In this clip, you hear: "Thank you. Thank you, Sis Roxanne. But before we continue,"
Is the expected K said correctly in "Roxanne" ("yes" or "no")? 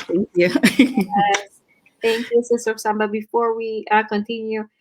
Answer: no